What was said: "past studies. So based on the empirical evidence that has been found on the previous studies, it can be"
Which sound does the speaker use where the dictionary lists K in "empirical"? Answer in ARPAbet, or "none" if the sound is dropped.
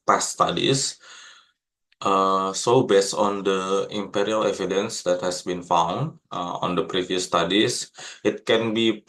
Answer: none